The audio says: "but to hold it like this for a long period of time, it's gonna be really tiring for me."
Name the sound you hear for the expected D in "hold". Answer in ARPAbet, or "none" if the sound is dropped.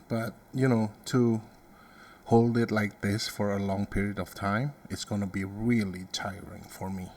D